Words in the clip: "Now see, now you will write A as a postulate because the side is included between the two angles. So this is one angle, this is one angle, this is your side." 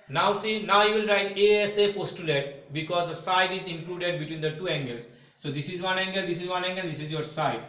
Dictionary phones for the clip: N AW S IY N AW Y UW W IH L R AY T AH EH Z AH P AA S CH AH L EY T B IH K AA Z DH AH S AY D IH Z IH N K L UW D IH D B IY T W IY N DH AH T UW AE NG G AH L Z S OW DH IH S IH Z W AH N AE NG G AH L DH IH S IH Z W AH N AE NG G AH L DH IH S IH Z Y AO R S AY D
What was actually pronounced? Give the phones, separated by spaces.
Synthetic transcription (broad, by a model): N AW S IY N AW Y UW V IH L R AY T AH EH S AH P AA S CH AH L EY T B IH K AA Z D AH S AY D IH Z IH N K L UW D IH D B IY T W IY N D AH T UW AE NG G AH L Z S OW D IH S IH Z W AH N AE NG G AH L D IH S IH Z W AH N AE NG G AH L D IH S IH Z Y AO R S AY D